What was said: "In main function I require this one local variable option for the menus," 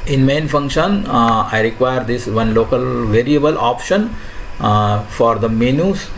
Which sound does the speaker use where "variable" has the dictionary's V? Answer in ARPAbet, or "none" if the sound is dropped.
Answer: V